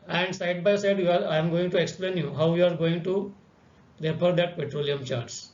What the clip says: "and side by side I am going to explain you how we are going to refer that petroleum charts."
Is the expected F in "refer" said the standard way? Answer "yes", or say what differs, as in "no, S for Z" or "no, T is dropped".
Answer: no, P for F